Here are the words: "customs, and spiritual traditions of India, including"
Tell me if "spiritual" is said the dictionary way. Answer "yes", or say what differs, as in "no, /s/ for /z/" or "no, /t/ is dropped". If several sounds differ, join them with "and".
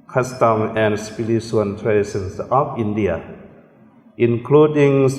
no, /l/ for /ɹ/ and /s/ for /tʃ/ and /n/ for /l/